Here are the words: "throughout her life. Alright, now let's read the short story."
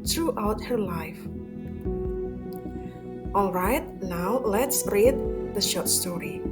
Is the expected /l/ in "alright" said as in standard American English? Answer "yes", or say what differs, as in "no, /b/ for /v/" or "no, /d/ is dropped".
yes